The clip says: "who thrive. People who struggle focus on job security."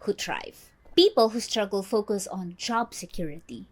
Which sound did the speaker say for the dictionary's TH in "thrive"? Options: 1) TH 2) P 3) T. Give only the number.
3